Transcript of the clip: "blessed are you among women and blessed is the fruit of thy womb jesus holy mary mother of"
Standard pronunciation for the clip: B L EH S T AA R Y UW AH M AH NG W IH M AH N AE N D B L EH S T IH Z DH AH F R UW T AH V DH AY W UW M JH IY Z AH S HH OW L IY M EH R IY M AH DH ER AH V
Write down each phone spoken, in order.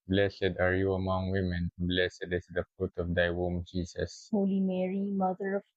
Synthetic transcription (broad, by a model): B L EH S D AA R Y UW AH M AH NG W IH M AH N N B L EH S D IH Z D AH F UW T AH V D AY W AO M JH IY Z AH S HH OW L IY M EH R IY M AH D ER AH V